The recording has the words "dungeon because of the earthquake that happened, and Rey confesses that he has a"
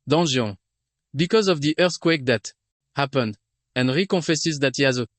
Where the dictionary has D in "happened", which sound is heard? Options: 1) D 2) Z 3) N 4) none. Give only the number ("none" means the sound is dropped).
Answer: 1